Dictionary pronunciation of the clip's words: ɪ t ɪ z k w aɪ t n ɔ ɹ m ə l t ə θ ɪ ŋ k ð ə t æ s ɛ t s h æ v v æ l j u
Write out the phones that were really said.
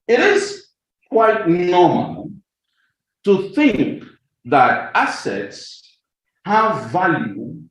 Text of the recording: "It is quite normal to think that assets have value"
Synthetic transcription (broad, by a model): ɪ t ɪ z k w aɪ t n ɔ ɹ m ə l t ə θ ɪ ŋ k ð ə t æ s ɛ t s h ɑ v v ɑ l j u